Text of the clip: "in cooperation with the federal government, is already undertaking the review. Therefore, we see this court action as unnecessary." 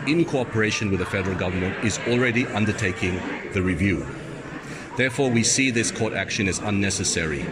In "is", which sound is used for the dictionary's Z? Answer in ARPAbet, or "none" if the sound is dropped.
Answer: Z